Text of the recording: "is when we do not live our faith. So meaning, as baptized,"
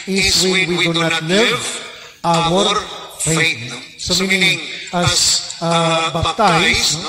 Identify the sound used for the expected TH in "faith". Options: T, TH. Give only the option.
T